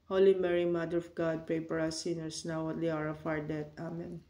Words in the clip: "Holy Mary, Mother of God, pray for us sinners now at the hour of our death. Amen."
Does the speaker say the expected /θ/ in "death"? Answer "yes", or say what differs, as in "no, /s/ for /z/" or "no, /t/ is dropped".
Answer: no, /t/ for /θ/